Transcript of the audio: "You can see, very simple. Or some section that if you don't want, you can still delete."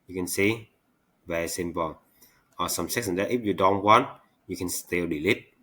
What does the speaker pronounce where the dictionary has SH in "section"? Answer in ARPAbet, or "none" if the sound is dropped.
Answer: S